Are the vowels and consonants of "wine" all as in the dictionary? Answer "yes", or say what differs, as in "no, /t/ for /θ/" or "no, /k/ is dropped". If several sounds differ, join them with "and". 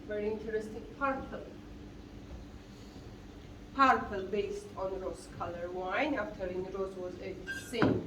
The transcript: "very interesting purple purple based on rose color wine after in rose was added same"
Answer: yes